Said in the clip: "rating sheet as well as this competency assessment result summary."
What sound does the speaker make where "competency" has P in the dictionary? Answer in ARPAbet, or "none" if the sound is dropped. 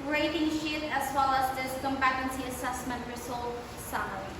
B